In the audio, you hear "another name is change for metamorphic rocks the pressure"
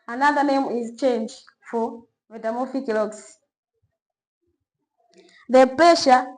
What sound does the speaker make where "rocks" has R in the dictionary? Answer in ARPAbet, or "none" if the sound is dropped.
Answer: L